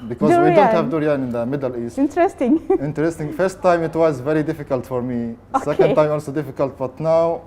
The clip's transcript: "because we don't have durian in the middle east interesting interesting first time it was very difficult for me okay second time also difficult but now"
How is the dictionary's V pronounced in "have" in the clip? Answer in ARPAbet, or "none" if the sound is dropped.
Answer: V